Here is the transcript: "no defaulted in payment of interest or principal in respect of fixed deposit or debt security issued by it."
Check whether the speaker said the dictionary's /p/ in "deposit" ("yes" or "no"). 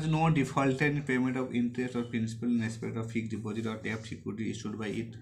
no